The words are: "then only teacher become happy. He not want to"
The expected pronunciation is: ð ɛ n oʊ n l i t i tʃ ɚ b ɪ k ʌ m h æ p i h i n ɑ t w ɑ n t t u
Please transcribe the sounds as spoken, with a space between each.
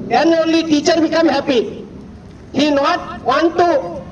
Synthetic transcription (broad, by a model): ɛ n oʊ l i t i tʃ ɚ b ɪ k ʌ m h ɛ p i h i n ɑ t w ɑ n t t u